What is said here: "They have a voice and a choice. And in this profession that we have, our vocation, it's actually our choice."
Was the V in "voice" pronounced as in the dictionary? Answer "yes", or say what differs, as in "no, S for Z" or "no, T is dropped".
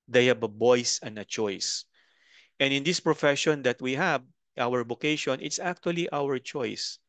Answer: no, B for V